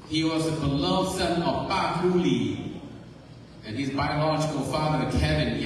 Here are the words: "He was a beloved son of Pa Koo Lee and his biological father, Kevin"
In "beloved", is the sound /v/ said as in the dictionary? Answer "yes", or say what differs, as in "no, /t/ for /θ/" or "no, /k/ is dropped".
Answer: no, /v/ is dropped